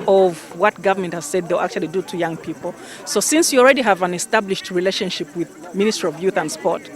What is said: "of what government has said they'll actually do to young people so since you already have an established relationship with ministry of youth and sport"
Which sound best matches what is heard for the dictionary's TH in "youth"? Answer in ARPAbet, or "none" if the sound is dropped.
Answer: TH